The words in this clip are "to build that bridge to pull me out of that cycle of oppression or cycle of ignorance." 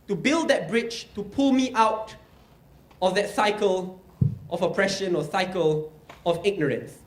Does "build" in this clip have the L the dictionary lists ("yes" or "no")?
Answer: yes